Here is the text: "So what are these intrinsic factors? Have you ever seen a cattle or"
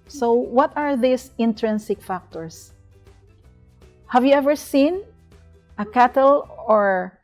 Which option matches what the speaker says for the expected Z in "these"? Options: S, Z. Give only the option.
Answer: S